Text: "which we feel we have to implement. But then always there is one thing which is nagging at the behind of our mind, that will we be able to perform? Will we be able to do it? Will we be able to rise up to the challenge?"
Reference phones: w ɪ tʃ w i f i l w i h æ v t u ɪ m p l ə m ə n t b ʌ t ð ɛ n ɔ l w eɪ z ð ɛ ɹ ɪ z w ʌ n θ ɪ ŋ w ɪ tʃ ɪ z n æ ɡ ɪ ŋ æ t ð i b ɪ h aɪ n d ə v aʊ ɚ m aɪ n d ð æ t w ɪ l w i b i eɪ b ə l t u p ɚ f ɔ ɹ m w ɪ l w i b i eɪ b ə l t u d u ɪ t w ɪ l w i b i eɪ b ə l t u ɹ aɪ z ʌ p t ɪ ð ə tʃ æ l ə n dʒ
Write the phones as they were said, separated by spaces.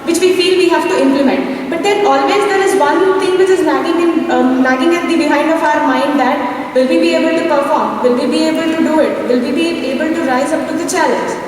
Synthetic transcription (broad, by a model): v ɪ tʃ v i f i l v i h æ v t u ɪ m p l ə m ə n t b ʌ t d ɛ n ɔ l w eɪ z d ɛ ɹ ɪ z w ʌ n t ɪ ŋ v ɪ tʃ ɪ z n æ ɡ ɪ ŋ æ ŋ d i b ɪ h aɪ n d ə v aʊ ɚ m aɪ n d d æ t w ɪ l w i b i eɪ b ə l t u p ɚ f ɔ ɹ m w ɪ l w i b i eɪ b ə l t u d u ɪ t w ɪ l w i b i eɪ b ə l t u ɹ aɪ z ʌ p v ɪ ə tʃ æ l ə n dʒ